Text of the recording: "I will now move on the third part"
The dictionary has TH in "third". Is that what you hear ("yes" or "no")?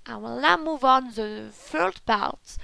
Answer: no